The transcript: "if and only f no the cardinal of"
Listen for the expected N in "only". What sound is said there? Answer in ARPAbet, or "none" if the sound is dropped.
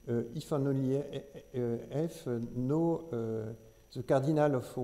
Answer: none